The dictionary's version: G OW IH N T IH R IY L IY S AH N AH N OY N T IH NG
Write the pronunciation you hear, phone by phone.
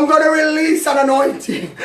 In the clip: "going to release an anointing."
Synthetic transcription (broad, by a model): G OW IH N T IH R IY L IY S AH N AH N OY N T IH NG